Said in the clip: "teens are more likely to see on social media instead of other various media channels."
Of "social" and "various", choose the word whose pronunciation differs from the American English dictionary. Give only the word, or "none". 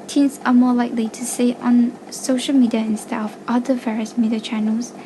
none